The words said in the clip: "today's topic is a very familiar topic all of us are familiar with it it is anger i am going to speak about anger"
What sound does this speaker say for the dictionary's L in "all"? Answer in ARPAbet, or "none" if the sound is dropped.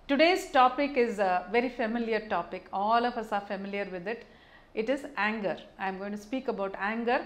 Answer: L